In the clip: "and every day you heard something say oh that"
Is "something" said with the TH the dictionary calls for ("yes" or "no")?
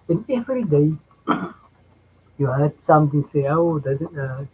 no